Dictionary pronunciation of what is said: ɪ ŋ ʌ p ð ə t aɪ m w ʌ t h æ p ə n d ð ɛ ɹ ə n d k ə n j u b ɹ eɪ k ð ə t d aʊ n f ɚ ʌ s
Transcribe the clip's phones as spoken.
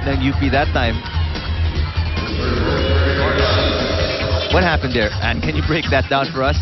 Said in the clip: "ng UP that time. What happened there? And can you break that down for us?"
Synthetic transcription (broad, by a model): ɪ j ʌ b ð ə t aɪ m w ʌ t h æ p ə n d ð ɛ ɹ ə n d k ə n j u b ɹ eɪ k ð ə t d aʊ n f ɚ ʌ s